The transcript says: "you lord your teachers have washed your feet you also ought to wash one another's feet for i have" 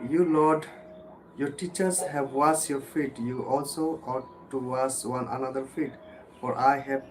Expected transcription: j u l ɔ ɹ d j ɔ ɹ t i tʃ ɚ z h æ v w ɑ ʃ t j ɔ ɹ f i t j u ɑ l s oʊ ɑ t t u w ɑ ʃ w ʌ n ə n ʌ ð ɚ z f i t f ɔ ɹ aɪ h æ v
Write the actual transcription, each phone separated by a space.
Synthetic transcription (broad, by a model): j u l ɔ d j ɔ ɹ t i tʃ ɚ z h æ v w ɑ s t j ɔ ɹ f i t j u ɑ l s oʊ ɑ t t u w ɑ s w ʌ n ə n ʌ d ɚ f i t f ɔ ɹ aɪ h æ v